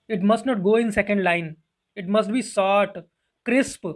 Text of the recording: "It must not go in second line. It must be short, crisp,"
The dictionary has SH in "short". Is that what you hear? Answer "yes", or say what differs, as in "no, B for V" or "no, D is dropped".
no, S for SH